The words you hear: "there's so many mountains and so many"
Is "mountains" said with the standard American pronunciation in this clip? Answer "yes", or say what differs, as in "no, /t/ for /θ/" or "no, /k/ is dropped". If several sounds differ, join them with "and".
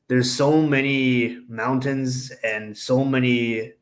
yes